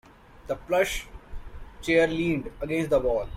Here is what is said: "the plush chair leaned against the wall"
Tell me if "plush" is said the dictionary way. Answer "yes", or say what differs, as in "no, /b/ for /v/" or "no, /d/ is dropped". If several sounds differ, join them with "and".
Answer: yes